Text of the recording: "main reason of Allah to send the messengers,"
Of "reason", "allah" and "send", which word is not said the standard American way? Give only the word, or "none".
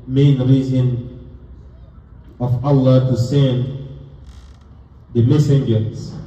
none